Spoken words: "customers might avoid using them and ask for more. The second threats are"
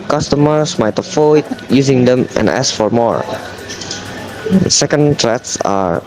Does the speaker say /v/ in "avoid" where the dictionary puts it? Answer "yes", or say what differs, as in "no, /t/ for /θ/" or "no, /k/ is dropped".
no, /f/ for /v/